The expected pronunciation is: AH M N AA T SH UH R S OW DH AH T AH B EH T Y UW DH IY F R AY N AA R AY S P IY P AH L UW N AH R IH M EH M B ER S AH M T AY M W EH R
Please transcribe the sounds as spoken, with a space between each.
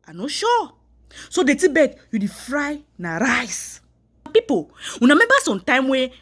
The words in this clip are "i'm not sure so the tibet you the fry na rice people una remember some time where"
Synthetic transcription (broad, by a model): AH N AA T SH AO S OW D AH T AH B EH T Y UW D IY F R AY N AA R AY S P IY P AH W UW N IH M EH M B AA S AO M T AY M W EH